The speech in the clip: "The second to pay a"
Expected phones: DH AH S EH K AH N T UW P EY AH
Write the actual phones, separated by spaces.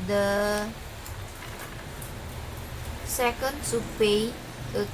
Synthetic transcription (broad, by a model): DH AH S EH K AH N S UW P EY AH